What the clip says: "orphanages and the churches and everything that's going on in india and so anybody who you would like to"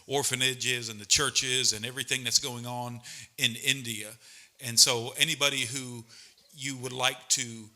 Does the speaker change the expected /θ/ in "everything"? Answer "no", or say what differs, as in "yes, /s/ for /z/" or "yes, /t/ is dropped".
no